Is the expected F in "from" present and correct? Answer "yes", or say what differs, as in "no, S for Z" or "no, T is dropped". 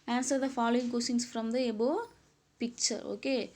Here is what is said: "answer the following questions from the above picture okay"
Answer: yes